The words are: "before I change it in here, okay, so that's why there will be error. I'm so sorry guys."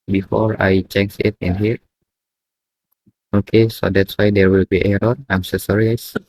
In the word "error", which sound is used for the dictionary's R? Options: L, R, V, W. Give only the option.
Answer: L